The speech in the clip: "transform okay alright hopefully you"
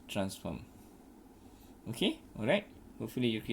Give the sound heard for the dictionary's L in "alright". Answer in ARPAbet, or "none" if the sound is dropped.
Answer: L